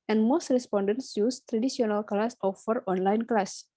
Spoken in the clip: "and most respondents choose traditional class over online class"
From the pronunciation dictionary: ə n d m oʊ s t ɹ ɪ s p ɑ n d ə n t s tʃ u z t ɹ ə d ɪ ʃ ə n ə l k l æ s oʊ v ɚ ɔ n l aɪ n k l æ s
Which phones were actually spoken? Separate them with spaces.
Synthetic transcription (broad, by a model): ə n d m oʊ s t ɹ ɪ s p ɑ n d ə n t s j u s t ɹ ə d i s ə n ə l k l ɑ s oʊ f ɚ ɔ n l aɪ n k l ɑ s